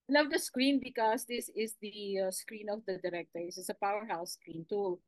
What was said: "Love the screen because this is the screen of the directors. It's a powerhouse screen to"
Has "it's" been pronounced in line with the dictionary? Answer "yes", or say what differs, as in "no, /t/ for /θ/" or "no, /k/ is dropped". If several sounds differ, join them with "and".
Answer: no, /s/ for /t/